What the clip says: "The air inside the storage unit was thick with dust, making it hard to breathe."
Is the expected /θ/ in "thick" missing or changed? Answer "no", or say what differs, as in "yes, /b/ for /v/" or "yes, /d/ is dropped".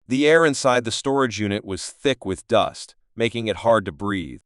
no